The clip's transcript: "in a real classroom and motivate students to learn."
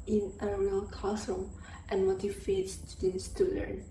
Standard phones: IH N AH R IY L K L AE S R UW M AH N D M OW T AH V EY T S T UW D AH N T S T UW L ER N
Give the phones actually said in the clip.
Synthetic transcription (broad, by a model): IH N AH R IY L K AO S UW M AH N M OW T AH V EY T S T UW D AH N S T UW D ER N